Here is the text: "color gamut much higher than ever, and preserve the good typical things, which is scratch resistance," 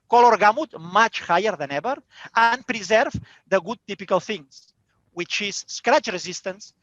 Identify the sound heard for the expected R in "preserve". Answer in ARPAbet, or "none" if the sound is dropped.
R